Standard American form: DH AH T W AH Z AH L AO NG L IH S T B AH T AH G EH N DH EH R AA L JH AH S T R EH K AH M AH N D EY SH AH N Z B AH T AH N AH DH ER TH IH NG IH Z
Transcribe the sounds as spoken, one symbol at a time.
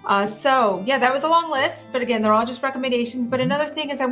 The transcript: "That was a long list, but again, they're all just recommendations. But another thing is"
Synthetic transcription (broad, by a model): DH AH T W AH Z AH L AO NG L IH S T B AH T AH G EH N DH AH R AA L JH AH S T R EH K AH M AH N D EY SH AH N Z B AH T AH N AH DH ER TH IH NG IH Z